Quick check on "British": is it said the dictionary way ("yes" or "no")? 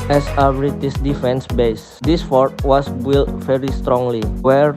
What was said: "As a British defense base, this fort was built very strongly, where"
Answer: no